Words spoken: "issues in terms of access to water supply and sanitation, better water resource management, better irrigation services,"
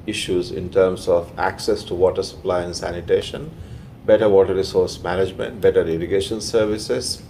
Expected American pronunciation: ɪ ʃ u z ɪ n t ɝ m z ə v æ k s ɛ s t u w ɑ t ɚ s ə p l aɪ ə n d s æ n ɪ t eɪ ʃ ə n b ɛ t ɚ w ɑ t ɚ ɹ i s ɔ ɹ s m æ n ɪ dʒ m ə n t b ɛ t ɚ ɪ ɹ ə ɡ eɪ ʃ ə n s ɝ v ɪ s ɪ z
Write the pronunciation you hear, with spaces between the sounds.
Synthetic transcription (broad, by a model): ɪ ʃ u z ɪ n t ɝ m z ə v æ k s ɛ s t u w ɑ t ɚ s ə p l aɪ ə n s æ n ɪ t eɪ ʃ ə n b ɛ t ɚ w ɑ t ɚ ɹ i s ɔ ɹ s m æ n ɪ dʒ m ə n t b ɛ t ɚ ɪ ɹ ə ɡ eɪ ʃ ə n s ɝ v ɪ s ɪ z